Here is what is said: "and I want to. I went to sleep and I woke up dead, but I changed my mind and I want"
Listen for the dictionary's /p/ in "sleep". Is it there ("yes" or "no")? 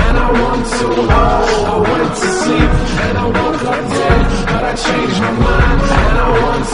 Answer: no